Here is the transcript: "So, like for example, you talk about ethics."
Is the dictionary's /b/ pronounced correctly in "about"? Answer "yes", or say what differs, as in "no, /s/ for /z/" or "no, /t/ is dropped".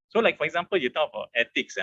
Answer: no, /b/ is dropped